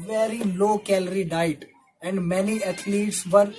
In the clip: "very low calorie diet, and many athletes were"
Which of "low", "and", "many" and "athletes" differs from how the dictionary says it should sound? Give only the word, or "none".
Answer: athletes